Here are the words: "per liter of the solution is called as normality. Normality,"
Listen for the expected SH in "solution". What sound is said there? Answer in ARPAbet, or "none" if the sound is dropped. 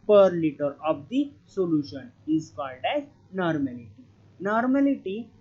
SH